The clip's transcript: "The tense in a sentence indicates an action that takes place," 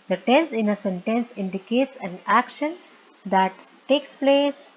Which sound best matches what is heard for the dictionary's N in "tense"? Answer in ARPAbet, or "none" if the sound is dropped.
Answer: N